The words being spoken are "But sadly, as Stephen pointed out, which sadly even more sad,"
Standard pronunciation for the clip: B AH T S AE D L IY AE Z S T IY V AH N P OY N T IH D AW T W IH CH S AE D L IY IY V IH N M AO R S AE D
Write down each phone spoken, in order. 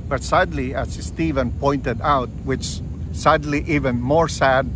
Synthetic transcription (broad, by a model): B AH T S AE D L IY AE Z S T IY V AH N P OY N T IH D AW T W IH CH S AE D L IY IY V IH N M AO R S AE D